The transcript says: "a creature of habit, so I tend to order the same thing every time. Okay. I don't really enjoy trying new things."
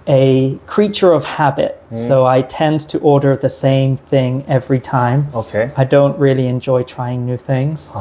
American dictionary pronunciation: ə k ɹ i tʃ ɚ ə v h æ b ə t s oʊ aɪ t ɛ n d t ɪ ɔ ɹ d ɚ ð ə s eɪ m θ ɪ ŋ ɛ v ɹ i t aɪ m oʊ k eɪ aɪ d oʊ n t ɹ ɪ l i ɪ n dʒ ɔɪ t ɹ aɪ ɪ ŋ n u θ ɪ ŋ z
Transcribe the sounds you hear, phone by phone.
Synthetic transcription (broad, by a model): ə k ɹ i tʃ ɚ ə v h æ b ə t s oʊ aɪ t ɛ n t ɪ ɔ ɹ d ɚ ð ə s eɪ m θ ɪ ŋ ɛ v ɹ i t aɪ m oʊ k eɪ aɪ d oʊ n t ɹ ɪ l i ɪ n dʒ ɔɪ t ɹ aɪ ɪ ŋ n u θ ɪ ŋ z